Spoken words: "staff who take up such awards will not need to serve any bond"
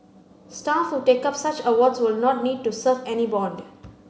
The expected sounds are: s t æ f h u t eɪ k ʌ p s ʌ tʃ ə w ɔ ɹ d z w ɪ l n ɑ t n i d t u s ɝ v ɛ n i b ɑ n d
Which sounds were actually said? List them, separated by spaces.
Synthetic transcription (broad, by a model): s t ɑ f h u t eɪ k ʌ p s ʌ tʃ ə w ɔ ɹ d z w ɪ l n ɑ t n i d t u s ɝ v ɛ n i b ɑ n d